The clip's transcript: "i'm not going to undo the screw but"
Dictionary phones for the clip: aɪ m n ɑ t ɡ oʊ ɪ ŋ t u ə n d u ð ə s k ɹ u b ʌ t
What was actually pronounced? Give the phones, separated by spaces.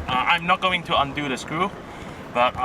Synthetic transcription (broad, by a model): aɪ m n ɑ t ɡ oʊ ɪ ŋ t u ə n d u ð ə s k u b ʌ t